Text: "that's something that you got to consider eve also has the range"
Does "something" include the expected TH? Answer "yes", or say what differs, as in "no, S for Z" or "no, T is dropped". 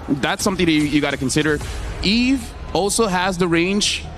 yes